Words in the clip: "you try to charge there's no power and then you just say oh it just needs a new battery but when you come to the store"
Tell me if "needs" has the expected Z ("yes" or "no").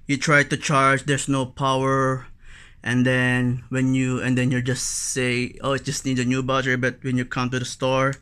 no